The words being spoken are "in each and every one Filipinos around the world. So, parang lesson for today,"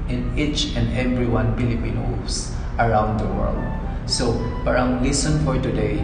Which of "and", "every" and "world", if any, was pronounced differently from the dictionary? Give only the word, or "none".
none